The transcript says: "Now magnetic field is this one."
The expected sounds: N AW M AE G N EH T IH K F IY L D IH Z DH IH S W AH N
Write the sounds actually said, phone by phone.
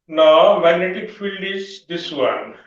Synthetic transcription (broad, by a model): N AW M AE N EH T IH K F IY L D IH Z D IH S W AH N